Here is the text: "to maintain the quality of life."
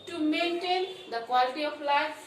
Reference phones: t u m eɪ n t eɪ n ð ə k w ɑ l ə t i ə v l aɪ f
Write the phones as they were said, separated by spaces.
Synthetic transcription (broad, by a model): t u m eɪ n t eɪ n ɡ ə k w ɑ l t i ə p l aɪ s